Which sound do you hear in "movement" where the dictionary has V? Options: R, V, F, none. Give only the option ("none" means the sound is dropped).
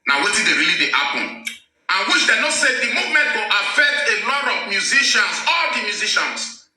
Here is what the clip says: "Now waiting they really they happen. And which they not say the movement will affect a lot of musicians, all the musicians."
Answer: V